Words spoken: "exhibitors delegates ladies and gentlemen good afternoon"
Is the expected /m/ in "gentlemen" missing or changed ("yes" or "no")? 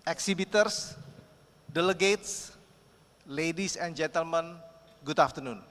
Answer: no